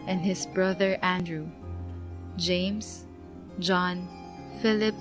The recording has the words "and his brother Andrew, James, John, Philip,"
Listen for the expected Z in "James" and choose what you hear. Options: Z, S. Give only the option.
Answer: S